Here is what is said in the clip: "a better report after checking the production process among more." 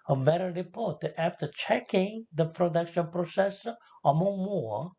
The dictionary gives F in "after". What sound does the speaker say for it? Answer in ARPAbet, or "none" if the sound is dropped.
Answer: F